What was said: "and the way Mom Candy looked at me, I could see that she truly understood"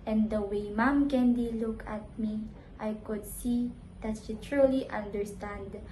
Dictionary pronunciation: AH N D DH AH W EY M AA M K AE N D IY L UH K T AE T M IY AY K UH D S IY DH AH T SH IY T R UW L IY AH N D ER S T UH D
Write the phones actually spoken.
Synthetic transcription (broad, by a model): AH N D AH W EY M AA M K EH N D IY L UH K AE T M IY AY K UH D S IY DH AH T SH IY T R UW L IY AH N D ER S T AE D